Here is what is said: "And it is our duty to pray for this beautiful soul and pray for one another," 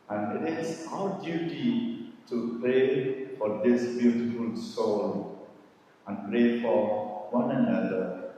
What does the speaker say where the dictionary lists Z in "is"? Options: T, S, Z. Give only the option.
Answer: S